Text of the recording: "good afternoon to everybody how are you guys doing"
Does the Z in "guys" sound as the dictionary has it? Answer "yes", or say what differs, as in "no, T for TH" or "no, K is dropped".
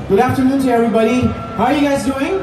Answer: yes